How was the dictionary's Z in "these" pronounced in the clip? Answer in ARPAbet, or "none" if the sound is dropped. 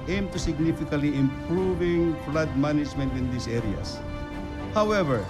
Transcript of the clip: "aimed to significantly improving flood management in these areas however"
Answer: S